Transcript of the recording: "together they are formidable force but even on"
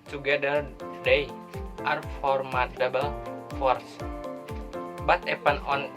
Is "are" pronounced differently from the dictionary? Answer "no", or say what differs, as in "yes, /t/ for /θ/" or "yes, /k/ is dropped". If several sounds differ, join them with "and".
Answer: no